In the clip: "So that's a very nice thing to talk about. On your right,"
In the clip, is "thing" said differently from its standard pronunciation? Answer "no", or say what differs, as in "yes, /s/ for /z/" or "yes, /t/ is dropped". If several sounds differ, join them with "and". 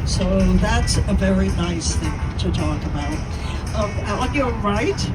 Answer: no